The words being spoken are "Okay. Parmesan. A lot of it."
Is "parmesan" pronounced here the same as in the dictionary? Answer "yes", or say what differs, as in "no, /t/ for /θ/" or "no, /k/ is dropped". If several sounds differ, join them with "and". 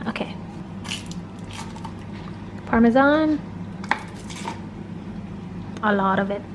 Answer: yes